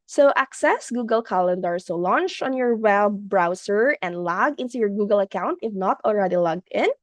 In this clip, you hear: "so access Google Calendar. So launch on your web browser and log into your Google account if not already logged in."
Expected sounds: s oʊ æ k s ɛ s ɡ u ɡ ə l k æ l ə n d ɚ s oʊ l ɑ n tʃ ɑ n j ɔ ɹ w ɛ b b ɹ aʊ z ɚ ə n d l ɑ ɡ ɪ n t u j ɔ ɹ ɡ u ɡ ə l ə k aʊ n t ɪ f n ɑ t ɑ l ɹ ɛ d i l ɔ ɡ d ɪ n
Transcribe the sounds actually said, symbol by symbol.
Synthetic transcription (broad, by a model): s oʊ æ k s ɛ s ɡ u ɡ ə l k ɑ l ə n d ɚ s oʊ l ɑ n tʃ ɑ n j ɔ ɹ w ɛ b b ɹ aʊ s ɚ ə n d l ɑ ɡ ɪ n t u j ɔ ɹ ɡ u ɡ ə l ə k aʊ n t ɪ f n ɑ t ɑ l ɹ ɛ d i l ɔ ɡ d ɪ n